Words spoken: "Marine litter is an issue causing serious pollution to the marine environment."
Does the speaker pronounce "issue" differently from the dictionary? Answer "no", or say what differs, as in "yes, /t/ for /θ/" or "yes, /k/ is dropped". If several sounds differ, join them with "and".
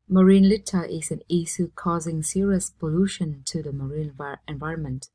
yes, /s/ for /ʃ/